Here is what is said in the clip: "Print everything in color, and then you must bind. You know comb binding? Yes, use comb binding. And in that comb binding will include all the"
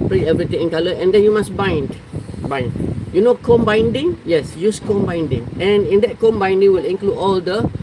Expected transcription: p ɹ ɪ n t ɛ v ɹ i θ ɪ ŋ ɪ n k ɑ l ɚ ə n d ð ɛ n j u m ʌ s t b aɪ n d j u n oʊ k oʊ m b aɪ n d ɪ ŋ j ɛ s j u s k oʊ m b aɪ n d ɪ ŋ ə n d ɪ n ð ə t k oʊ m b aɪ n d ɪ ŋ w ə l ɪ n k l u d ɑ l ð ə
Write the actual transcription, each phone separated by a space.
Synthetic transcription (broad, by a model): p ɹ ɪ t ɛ v ɹ i t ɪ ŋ ɪ n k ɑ l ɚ ə n d ɛ n j u m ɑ s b b aɪ n d j u n oʊ k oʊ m b aɪ n d ɪ ŋ j ɛ s j u s k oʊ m b aɪ n d ɪ ŋ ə n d ɪ n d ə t k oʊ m b aɪ n d ɪ ŋ w ə l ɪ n k l u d ɑ l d ə